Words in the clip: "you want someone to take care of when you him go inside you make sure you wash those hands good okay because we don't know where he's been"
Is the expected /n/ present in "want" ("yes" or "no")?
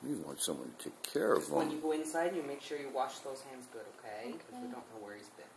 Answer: yes